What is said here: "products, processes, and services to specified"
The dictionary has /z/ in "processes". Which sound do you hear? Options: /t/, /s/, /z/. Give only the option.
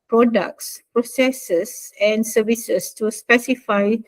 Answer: /s/